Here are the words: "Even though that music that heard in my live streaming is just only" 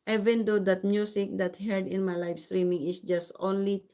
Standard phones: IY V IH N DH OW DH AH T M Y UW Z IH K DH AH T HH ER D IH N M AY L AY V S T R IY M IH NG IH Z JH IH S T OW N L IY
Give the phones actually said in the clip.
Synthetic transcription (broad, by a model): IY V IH N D OW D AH T M Y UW S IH K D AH T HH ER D IH N M AY L AY F S T R IY M IH NG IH S JH IH S T OW N L IY